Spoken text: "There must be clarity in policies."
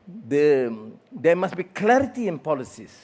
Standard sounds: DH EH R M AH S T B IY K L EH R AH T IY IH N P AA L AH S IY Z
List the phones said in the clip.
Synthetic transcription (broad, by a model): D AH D M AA S B IY K L EH R AH T IY IH N P AA L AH S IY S